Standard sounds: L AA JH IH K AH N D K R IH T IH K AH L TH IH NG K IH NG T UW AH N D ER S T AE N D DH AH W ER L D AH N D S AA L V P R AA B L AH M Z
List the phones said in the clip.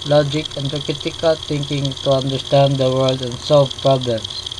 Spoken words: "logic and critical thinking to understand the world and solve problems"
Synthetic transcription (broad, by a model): L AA JH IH K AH N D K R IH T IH K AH L T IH NG K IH NG T UW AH N D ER S T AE N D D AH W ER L D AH N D S AA L V P R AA B L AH M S